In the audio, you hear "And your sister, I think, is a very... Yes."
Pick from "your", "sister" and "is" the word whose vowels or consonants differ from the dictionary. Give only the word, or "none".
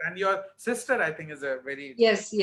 none